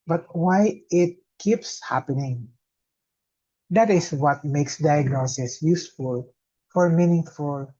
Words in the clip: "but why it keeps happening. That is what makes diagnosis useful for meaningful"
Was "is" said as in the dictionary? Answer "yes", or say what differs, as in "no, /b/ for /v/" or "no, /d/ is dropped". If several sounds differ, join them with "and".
no, /s/ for /z/